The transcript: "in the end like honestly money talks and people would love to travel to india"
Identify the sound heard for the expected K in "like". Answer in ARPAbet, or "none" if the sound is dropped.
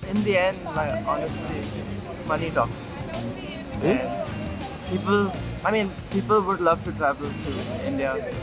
none